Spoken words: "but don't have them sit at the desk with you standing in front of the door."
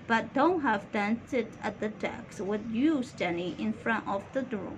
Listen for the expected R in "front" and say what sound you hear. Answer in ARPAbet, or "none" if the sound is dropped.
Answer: R